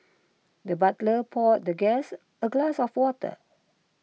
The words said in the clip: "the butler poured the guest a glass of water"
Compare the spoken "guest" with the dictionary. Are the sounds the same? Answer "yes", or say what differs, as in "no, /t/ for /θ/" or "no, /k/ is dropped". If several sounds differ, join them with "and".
no, /t/ is dropped